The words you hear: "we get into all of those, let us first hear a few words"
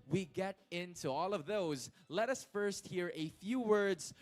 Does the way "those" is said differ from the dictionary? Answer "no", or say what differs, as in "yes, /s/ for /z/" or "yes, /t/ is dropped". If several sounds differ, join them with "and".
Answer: no